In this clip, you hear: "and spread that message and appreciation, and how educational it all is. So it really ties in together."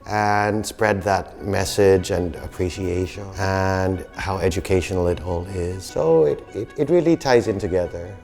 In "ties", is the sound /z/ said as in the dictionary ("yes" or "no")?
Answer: yes